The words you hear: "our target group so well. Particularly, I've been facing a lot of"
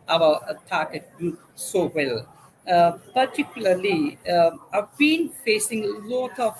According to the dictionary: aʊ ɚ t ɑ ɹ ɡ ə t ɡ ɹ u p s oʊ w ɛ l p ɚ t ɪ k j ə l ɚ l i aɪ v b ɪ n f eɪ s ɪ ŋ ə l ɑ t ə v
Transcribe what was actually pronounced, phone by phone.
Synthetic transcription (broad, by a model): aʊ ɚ t ɑ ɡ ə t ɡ u s oʊ w ɛ l p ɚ t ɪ k j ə l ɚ l i aɪ v b ɪ n f eɪ s ɪ ŋ ə l ɑ t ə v